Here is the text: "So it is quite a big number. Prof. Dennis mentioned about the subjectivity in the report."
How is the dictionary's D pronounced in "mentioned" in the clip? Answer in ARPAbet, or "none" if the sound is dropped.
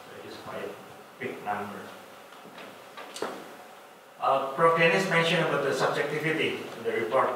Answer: none